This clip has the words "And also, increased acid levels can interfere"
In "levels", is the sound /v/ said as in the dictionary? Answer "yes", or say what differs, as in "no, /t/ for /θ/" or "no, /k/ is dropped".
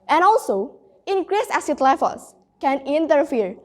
no, /f/ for /v/